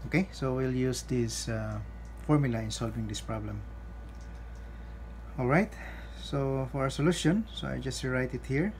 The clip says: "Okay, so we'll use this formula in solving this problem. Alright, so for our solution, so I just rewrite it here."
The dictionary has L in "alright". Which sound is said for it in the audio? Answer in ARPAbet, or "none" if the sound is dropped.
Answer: L